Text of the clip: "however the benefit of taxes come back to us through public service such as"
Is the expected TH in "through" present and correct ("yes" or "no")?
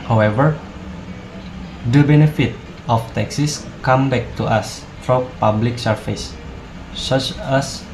no